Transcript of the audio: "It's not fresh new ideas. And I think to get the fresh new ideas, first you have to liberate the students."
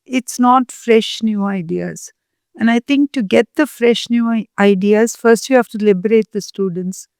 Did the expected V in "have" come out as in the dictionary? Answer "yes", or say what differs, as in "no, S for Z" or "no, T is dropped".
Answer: no, F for V